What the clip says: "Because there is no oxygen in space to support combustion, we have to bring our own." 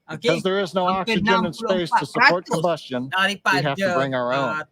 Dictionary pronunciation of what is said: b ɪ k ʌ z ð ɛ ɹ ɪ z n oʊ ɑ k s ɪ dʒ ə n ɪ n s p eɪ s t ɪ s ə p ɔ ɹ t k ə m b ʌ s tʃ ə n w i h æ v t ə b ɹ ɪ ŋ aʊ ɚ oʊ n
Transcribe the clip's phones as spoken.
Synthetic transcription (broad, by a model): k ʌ z ð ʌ ɹ ɪ z n oʊ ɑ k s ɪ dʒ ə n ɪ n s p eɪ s t ɪ s ə p ɔ ɹ t k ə m b ʌ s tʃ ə n w i h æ f t ə b ɹ ɪ ŋ aʊ ɚ oʊ n